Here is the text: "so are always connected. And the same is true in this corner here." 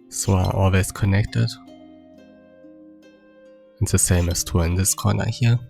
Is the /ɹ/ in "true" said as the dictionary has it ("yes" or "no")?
no